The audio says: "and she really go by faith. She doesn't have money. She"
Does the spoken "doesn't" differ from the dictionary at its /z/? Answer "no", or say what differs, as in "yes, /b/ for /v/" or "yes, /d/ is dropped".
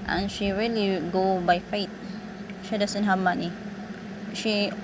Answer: yes, /s/ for /z/